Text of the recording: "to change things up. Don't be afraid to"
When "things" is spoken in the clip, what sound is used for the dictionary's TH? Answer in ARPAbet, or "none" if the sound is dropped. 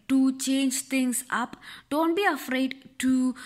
T